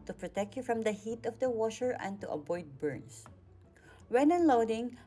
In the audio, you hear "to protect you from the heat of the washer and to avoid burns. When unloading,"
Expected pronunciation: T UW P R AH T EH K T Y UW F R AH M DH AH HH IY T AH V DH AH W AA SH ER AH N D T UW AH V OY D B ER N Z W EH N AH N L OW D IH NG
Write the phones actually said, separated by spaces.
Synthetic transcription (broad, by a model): T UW P R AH T EH K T Y UW F R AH M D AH HH IY T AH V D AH W AA SH ER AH N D T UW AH B OY D B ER N S W EH N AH N L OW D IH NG